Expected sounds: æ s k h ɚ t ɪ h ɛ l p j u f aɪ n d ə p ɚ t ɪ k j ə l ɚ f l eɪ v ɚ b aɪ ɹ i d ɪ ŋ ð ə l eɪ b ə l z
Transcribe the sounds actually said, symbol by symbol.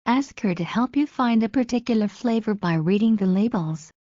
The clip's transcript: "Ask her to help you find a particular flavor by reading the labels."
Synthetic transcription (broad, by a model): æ s k h ɚ t ɪ h ɛ l p j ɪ f aɪ n d ə p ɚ t ɪ k j l ɚ f l eɪ v ɚ b aɪ ɹ i d ɪ ŋ ð ə l eɪ b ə l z